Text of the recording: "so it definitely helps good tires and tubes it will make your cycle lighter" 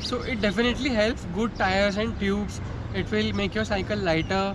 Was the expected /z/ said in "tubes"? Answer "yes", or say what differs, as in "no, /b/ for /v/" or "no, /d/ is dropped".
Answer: no, /s/ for /z/